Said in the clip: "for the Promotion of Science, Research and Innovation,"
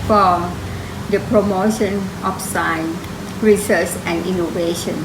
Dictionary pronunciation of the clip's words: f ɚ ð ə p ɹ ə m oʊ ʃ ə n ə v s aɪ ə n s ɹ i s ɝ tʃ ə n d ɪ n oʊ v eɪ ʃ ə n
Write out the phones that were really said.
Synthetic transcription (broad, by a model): f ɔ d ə p ɹ ə m oʊ ʃ ə n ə f s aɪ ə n ɹ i s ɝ s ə n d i n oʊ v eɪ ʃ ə n